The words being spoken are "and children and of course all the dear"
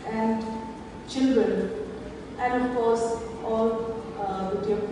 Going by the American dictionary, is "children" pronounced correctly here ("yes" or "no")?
yes